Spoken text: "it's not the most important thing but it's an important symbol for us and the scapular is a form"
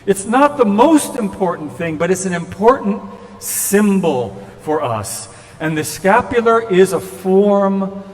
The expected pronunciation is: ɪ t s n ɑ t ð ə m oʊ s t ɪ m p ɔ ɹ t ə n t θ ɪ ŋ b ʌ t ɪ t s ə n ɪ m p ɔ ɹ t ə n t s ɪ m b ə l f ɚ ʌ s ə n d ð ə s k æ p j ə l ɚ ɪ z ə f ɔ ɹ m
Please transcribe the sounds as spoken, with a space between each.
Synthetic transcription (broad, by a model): ɪ t s n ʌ t ð ə m oʊ s t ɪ m p ɔ ɹ t n θ ɪ ŋ b ʌ t ɪ t s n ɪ m p ɔ ɹ t n t s ɪ m b l f ɚ ʌ s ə n ð ə s k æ p j l ɚ ɪ z ə f ɔ ɹ m